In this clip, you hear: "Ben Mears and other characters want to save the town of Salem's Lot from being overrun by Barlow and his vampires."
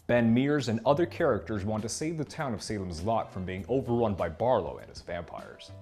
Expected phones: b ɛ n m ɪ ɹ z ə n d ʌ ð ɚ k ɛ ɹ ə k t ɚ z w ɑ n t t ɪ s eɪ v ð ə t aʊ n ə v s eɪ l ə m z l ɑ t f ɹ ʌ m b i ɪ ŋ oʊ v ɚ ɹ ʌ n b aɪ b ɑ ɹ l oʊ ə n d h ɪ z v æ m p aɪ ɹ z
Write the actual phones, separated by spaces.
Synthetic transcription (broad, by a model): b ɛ n m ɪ ɹ z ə n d ʌ ð ɚ k ɛ ɹ ə k t ɚ z w ɑ n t t ɪ s eɪ v ð ə t aʊ n ə v s eɪ l ə m z l ɑ t f ɹ ʌ m b i ɪ ŋ oʊ v ɚ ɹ ʌ n b aɪ b ɑ ɹ l oʊ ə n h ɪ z v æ m p aɪ ɹ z